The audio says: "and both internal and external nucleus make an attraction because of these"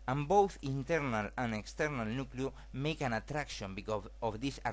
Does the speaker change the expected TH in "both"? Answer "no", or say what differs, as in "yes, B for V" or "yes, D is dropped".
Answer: no